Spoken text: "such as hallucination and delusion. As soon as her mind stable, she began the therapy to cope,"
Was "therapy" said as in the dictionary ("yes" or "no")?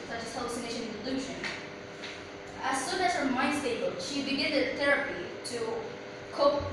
yes